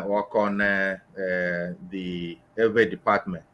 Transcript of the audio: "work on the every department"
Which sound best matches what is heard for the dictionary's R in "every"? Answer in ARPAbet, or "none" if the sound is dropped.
none